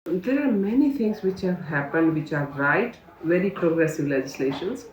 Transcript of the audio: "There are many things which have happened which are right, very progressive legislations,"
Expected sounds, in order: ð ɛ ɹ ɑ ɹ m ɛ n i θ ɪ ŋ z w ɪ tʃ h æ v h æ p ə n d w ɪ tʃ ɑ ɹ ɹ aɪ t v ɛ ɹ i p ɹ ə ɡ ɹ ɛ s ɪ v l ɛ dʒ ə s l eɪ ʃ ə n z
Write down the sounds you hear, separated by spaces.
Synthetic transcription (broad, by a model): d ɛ ɹ ɑ ɹ m ɛ n i t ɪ ŋ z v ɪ tʃ h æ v h æ p ə n d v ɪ tʃ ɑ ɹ ɹ aɪ t v ɛ ɹ i p ɹ ə ɡ ɹ ɛ s ɪ v l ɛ dʒ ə s l eɪ ʃ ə n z